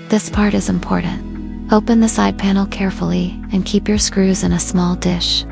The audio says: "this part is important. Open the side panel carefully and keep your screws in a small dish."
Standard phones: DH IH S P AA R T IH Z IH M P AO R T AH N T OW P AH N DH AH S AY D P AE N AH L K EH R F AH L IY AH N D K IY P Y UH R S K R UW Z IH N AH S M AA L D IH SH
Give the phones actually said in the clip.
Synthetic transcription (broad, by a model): DH IH S P AA R T IH Z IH M P AO R T N T OW P AH N DH AH S AY D P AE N L K EH R F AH L IY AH N K IY P Y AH R S K R UW Z IH N AH S M AA L D IH SH